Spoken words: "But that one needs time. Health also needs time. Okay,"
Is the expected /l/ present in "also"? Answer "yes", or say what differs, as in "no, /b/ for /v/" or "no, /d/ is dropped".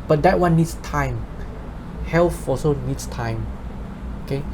no, /l/ is dropped